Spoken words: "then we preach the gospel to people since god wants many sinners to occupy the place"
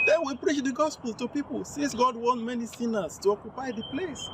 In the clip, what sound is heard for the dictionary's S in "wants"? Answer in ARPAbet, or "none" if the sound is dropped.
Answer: none